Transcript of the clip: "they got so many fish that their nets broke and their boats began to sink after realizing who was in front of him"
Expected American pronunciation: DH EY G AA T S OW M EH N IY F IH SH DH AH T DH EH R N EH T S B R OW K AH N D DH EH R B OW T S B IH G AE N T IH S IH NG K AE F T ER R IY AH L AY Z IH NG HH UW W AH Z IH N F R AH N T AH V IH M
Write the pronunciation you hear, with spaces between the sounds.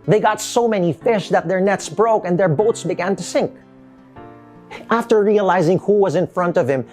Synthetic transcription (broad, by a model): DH EY G AA T S OW M EH N IY F IH SH DH AH T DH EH R N EH T S B R OW K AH N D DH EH R B OW T S B IH G AE N T IH S IH NG K AE F T ER R IY AH L AY Z IH NG HH UW W AH Z IH N F R AH N T AH V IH M